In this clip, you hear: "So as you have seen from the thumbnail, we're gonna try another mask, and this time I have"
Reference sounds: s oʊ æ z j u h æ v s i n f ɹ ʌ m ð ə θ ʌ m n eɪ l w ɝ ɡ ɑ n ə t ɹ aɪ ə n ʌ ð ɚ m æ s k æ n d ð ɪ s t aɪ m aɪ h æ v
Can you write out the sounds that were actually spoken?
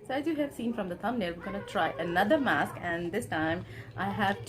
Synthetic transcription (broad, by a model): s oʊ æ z j u h æ v s i n f ɹ ʌ m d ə t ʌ m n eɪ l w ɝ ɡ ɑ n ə t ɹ aɪ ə n ʌ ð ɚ m æ s k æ n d ɪ s t aɪ m aɪ h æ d